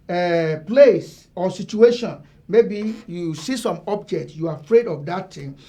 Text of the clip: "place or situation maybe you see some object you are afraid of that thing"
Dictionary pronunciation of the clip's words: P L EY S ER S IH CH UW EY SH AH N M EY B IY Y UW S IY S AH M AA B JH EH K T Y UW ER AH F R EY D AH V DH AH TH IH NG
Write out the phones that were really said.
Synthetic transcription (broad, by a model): P L EY S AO S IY CH UW EY SH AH N M EY B IY Y UW S IY S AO M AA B JH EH K T Y UW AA AH F R EY D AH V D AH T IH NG